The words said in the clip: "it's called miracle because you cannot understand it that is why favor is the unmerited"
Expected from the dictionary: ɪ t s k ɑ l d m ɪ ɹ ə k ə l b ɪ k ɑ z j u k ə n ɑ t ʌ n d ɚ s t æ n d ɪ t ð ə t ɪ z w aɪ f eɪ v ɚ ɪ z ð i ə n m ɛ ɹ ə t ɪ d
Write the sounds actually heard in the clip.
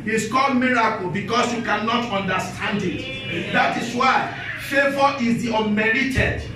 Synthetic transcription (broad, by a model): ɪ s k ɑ m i ɹ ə k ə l b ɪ k ɑ s j u k ə n ɑ t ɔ n d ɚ s t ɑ n d ɪ t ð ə t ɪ s w aɪ f eɪ v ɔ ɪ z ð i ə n m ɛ ɹ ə t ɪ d